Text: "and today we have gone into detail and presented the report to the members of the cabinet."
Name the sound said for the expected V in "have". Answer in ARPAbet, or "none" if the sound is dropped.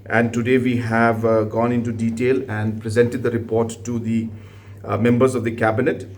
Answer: V